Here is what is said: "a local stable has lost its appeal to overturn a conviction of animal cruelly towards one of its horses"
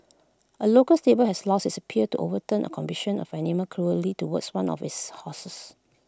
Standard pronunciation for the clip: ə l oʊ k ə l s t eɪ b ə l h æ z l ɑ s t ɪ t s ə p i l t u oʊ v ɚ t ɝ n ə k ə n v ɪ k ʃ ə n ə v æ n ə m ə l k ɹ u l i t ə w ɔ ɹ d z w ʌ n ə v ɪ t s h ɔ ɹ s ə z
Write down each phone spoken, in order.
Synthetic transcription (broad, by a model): ə l oʊ k ə l s t eɪ b ə l h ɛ s l ɑ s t ɪ t s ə p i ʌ t u oʊ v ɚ t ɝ n ə k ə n b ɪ ʃ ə n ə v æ n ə m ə k ɹ u l i t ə w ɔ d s w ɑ n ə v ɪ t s h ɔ s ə s